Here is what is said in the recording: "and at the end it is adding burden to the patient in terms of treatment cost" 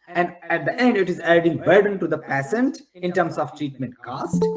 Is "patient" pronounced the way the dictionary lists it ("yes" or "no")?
no